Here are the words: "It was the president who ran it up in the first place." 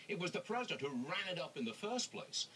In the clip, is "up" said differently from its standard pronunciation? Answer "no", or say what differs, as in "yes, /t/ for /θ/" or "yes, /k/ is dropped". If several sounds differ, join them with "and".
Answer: no